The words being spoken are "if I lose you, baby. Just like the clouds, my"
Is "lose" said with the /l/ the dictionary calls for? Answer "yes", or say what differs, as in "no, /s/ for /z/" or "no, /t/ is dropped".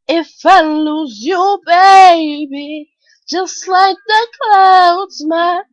yes